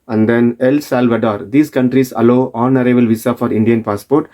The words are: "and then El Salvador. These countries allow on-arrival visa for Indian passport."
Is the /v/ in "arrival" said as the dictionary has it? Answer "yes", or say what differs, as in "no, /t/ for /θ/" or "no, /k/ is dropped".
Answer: no, /b/ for /v/